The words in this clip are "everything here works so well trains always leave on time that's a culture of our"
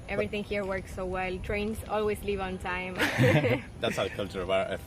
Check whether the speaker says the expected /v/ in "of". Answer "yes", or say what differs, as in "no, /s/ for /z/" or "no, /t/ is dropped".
no, /b/ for /v/